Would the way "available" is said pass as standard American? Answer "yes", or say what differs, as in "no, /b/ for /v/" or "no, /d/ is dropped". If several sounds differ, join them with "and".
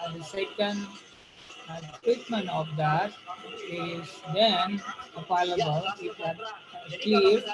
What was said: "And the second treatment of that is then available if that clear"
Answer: no, /p/ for /v/